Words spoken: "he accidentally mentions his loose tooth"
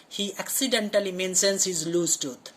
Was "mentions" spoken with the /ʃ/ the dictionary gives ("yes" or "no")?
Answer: no